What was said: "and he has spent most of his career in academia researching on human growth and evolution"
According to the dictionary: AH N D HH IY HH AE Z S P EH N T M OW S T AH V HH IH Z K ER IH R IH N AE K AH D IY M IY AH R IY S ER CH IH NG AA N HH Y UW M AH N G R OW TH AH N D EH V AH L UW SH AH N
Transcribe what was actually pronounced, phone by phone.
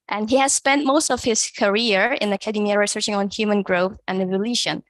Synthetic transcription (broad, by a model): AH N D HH IY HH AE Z S P EH N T M OW S T AH V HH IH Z K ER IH R IH N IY K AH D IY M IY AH R IY S ER CH IH NG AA N HH Y UW M AH N G R OW TH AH N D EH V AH L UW SH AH N